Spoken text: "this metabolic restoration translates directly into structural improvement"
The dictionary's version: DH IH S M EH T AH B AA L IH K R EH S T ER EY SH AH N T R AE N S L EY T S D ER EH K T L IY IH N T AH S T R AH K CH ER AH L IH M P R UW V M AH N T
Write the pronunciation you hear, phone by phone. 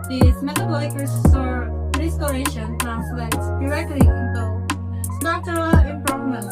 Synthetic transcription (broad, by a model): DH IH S M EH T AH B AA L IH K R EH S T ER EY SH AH N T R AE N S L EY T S D ER EH K T L IY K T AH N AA CH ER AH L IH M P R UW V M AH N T